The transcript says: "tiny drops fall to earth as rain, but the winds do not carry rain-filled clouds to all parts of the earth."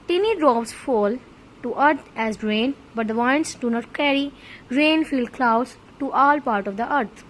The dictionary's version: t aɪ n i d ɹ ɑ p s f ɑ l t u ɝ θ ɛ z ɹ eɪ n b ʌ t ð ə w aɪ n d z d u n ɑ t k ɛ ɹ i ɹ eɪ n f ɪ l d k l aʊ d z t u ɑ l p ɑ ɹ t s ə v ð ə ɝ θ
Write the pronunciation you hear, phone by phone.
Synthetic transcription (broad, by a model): t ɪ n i d ɹ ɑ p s f ɑ l t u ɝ t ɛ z ɹ eɪ n b ʌ t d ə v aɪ n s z d u n ɑ t k ɛ ɹ i ɹ eɪ n f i l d k l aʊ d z t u ɑ l p ɑ ɹ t ə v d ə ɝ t